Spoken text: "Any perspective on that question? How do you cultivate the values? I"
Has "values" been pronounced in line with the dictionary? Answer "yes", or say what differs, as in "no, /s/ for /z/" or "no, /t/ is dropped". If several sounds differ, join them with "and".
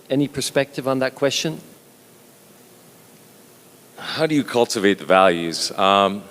yes